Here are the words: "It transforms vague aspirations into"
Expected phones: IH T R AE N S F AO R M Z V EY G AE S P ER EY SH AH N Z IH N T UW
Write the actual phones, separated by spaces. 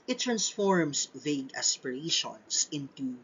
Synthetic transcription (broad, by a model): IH T R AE N S F AO R M S V EY G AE S P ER EY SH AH N S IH N T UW